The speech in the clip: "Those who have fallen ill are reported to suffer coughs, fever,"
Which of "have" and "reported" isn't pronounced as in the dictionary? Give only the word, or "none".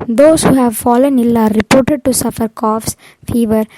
none